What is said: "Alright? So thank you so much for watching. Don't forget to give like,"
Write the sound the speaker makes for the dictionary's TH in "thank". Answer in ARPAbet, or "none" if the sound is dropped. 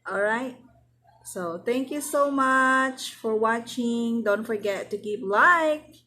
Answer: T